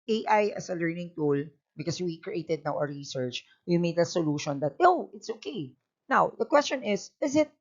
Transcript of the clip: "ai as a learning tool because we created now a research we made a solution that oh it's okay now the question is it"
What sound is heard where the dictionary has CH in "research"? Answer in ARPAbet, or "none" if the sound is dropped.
CH